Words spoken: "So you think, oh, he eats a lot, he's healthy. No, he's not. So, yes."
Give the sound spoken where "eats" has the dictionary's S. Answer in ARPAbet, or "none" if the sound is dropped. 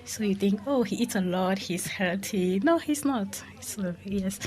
S